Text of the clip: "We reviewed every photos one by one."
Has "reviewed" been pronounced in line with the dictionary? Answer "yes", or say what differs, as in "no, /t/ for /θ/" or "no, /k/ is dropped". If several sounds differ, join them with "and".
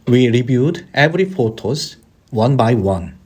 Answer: no, /b/ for /v/